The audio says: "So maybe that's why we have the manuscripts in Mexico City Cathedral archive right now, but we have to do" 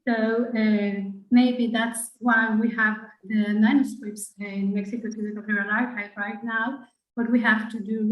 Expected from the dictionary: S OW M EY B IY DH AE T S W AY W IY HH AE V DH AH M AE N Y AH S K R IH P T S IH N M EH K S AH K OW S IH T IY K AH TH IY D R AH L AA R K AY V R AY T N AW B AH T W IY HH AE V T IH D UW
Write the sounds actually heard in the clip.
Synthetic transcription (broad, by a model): S OW M EY B IY DH AE T S W AY W IY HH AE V DH AH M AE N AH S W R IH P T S IH N M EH K S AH K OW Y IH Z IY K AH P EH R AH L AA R AY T R AY T N AW B AH T W IY HH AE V T IH D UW